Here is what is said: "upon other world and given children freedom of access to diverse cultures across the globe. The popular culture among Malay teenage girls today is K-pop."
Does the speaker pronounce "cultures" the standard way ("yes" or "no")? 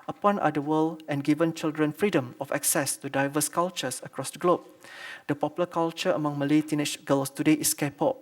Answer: no